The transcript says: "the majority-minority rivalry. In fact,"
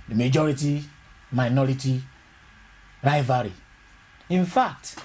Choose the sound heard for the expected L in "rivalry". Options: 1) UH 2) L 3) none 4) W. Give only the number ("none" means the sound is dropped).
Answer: 3